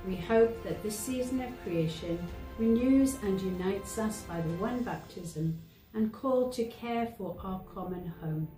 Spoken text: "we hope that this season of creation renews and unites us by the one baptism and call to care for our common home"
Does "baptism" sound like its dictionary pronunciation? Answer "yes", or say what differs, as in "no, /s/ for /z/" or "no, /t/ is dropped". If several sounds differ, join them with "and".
yes